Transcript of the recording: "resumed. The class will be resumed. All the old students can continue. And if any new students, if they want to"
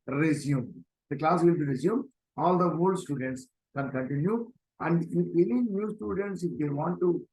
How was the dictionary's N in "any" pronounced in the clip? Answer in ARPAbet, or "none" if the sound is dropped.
L